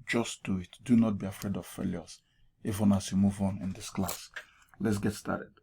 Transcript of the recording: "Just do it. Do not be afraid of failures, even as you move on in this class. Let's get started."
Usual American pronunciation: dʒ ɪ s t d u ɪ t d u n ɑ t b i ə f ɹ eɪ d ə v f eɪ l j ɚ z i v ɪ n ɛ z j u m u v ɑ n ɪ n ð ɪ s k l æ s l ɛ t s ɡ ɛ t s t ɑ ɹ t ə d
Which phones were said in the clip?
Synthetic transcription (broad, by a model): dʒ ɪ s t d u ɪ t d u n ɑ t b i ə f ɹ eɪ d ə v f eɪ l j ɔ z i f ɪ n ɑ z j u m u v ɑ n ɪ n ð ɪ s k l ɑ s l ɛ t s ɡ ɛ t s t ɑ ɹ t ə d